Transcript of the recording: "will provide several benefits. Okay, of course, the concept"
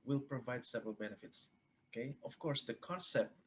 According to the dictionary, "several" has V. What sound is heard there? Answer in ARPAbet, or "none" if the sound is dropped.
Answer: V